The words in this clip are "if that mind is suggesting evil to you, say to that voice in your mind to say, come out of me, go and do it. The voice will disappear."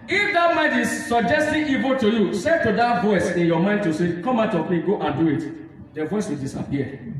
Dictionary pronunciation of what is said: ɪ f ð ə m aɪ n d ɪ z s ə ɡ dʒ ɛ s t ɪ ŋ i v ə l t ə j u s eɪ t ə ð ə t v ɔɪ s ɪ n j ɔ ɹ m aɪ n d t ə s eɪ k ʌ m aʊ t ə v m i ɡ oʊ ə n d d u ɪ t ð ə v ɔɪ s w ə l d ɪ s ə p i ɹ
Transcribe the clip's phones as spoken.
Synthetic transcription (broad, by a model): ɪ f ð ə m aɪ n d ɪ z s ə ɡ dʒ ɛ s t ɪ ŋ i v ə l t ə j u s eɪ t ə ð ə t v ɔɪ s ɪ n j ɔ m aɪ n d t ə s eɪ k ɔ m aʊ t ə p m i ɡ oʊ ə n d d u ɪ t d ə v ɔɪ s w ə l d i s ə p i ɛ